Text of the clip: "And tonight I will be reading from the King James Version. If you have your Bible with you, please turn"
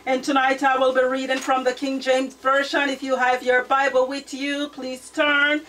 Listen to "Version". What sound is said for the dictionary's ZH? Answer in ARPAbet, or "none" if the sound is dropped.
SH